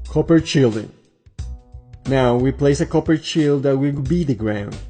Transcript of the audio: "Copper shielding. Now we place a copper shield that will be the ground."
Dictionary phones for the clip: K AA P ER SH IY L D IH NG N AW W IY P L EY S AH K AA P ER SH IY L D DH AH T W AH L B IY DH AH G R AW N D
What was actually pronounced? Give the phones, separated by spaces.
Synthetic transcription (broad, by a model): K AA P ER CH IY L D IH N AW W IY P L EY S AH K AA P ER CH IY L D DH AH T W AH W B IY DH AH G R AW N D